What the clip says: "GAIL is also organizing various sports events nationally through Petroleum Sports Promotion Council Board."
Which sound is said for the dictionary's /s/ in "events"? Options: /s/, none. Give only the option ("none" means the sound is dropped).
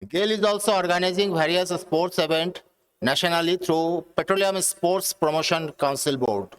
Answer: none